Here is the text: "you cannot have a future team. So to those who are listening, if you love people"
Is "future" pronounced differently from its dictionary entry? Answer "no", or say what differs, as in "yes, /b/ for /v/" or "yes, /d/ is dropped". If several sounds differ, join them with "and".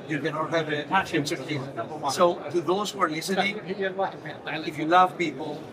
yes, /tʃ/ is dropped